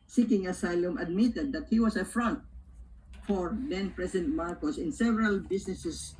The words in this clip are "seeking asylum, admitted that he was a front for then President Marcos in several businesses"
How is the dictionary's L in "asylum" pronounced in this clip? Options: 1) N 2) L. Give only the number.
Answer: 2